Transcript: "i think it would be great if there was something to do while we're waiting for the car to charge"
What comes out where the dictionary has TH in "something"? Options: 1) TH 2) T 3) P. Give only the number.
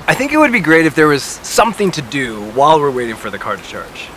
1